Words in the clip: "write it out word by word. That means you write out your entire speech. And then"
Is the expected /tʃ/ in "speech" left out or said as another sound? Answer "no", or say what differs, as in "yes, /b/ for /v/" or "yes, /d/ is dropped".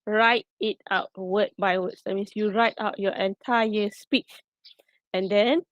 no